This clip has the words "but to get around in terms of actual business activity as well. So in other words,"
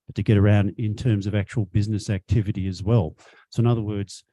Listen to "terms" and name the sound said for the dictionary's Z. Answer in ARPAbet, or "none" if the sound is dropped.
Z